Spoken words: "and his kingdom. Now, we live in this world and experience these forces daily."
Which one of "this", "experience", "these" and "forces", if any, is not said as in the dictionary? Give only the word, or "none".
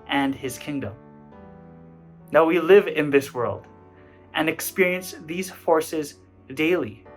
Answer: none